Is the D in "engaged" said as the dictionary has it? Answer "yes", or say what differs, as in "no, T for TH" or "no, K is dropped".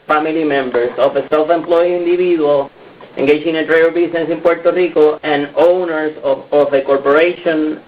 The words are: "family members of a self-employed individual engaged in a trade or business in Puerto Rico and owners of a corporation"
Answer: no, D is dropped